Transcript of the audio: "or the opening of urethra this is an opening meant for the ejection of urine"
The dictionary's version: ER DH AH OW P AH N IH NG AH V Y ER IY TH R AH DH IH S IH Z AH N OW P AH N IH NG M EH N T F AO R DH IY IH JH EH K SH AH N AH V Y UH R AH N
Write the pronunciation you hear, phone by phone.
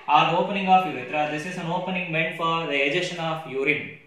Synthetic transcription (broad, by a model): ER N OW P AH N IH NG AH F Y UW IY T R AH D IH S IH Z AH N OW P AH N IH NG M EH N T F AO R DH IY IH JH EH SH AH N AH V Y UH R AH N